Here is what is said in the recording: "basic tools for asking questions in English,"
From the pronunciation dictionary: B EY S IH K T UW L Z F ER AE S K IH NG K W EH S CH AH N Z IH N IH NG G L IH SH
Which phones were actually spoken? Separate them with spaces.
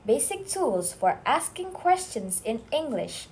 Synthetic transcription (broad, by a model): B EY S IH K T UW L Z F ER AE S K IH NG K W EH S CH AH N Z IH N IH NG G L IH SH